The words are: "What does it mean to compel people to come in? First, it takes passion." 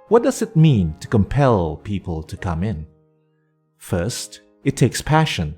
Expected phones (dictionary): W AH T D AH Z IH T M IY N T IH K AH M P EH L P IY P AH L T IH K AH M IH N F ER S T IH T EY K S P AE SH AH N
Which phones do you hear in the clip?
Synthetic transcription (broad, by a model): W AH T D AH Z IH T M IY N T IH K AH M P EH L P IY P AH L T IH K AH M IH N F ER S T IH T EY K S P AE SH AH N